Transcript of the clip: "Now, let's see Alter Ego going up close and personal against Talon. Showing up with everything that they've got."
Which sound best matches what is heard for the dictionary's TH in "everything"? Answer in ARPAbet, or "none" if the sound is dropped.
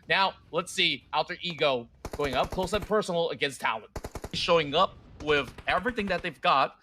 TH